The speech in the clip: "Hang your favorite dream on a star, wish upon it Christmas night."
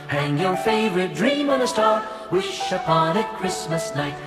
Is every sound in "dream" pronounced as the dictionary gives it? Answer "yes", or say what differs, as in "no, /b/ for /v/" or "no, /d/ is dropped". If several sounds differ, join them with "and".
yes